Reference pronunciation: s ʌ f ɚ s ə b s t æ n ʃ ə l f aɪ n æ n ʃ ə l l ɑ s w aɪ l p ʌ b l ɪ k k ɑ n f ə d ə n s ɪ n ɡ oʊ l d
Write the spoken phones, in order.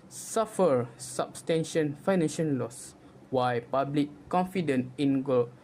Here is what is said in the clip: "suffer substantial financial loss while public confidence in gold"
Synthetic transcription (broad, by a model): s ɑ f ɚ s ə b s t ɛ n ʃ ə n f aɪ n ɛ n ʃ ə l l ɑ s w aɪ p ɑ b l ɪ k k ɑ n f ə d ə n ɪ n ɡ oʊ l